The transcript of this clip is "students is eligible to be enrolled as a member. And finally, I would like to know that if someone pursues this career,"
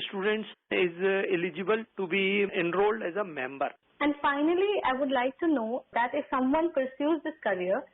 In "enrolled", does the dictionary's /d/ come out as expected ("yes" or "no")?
yes